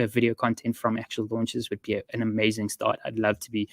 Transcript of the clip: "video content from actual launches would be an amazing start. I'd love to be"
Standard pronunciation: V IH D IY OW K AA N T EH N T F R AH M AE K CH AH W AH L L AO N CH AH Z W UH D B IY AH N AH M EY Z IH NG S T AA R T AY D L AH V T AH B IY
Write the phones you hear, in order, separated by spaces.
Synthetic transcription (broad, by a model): V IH D IY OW K AA N T EH N T F R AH M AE K CH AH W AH L L AO N CH AH Z W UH D B IY AH N AH M EY Z IH NG S T AA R T AY D L AH V T AH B IY